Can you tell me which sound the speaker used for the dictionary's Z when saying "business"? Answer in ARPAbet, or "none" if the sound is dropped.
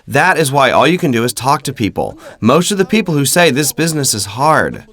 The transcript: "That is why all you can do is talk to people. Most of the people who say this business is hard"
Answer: Z